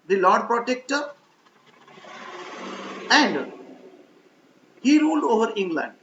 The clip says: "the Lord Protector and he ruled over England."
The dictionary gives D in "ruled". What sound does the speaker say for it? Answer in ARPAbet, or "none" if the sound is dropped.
D